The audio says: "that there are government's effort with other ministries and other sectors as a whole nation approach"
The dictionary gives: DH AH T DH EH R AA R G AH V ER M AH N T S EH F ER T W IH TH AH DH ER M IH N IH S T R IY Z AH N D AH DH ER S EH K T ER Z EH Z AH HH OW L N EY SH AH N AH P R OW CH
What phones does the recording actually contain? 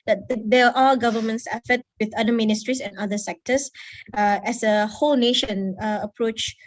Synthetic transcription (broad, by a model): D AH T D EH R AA L G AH V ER M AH N T S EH F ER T W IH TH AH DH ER M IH N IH S T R IY S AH N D AH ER S EH K T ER S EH S AH HH OW L N EY SH AH N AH P R OW CH